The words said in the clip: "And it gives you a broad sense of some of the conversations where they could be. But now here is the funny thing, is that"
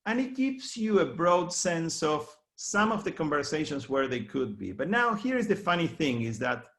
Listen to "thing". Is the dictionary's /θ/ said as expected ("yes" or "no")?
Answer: yes